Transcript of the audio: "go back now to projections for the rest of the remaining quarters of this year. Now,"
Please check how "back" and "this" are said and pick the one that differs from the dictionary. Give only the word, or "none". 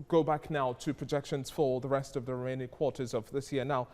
none